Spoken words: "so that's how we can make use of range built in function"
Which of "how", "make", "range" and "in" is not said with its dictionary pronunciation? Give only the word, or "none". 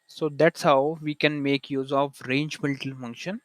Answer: in